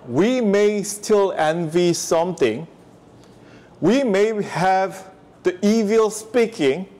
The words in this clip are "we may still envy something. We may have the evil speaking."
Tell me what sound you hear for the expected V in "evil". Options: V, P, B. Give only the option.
V